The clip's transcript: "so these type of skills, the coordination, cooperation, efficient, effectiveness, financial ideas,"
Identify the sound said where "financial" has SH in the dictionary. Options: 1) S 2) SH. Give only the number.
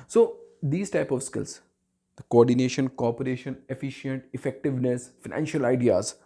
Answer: 2